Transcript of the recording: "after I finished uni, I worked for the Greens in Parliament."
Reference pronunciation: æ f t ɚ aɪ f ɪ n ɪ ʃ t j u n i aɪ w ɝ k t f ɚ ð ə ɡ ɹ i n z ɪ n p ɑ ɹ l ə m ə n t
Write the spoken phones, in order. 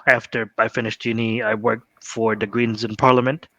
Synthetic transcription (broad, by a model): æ f t ɚ aɪ f ɪ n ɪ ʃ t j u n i aɪ w ɝ k t f ɚ ð ə ɡ ɹ i n z ɪ n p ɑ ɹ l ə m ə n t